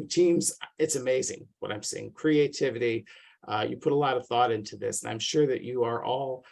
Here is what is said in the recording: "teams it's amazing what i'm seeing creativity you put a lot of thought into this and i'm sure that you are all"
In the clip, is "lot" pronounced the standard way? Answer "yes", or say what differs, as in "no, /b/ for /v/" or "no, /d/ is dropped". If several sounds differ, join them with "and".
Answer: yes